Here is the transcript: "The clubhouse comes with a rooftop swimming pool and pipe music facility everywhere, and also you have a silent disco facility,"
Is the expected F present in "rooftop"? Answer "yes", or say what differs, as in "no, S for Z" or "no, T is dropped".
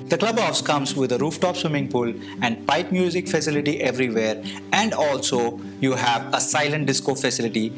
yes